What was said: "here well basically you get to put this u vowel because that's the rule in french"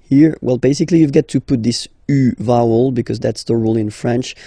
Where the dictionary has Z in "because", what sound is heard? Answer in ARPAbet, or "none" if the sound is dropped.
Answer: Z